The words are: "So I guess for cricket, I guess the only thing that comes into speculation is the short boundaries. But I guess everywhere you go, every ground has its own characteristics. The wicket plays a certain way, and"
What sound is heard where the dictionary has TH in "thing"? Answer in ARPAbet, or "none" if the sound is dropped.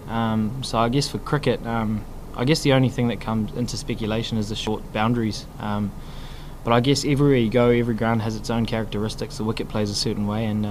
TH